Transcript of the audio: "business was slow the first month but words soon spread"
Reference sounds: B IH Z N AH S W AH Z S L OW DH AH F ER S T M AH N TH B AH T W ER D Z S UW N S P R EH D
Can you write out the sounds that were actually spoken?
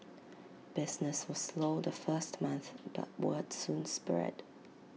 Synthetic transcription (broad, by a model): B IH Z N AH S W AH Z S L OW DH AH F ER S T M AH N TH B AH T W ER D S UW N S P R EH D